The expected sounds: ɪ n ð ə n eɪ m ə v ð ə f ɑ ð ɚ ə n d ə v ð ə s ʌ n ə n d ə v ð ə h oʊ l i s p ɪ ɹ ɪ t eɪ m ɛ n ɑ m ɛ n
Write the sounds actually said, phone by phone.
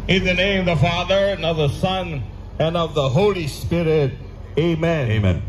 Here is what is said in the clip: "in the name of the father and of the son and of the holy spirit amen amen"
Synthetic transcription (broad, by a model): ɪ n ð ə n eɪ ə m ð ə f ɑ ð ɚ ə n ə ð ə s ʌ n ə n ə v ð ə h oʊ l i s p ɪ ɹ ɪ t eɪ m ɛ n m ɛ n